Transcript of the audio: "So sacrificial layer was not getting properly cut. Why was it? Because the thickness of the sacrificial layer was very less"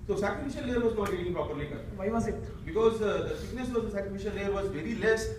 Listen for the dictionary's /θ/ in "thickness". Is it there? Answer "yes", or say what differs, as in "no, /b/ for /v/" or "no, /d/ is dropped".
no, /s/ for /θ/